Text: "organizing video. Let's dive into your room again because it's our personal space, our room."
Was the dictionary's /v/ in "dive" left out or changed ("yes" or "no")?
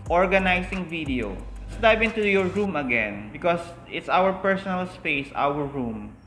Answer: yes